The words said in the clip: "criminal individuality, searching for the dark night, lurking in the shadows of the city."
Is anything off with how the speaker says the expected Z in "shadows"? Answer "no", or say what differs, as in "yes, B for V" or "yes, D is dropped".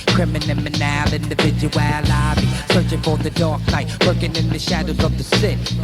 no